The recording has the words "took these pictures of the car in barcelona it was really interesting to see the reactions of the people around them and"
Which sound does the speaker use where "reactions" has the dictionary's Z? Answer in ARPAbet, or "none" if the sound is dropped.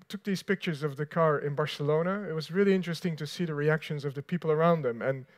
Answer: Z